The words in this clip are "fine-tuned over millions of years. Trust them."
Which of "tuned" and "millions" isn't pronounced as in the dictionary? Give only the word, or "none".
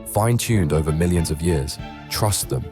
none